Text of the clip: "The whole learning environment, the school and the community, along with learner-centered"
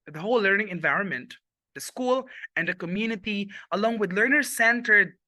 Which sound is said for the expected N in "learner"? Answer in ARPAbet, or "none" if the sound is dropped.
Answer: N